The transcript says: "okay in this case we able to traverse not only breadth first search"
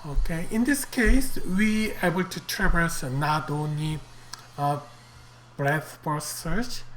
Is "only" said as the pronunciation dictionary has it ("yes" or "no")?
no